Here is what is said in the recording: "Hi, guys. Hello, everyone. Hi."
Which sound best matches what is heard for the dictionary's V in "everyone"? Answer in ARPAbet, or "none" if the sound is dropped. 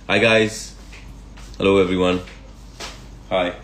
V